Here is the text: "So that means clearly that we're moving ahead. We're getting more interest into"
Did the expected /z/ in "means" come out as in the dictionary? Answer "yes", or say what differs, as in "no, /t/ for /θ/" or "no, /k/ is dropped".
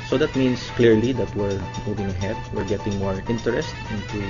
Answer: no, /s/ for /z/